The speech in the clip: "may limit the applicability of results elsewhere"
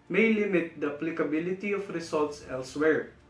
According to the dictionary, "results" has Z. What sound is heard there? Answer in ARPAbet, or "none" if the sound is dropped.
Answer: S